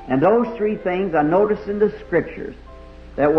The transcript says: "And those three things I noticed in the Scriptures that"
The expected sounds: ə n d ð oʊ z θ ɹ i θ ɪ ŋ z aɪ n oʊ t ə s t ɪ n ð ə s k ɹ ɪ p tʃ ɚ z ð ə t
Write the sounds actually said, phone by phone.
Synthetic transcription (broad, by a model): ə n ð oʊ z θ ɹ i θ ɪ ŋ z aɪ n oʊ t ə s t ɪ n ð ə s k ɹ ɪ p tʃ ɚ z ð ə t